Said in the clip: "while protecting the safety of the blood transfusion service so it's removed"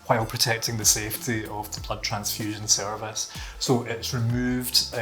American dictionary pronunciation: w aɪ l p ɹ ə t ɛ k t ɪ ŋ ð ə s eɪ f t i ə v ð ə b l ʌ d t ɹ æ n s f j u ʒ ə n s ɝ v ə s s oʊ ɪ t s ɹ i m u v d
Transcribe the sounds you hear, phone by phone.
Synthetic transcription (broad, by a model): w aɪ l p ɹ ə t ɛ k t ɪ ŋ ð ə s eɪ f t i ə v ð ə b l ʌ d t ɹ æ n s f j u ʒ ə n s ɝ v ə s s oʊ ɪ t s ɹ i m u v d